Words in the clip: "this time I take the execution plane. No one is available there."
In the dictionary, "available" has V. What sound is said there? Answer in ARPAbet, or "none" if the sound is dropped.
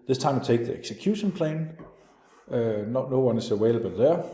W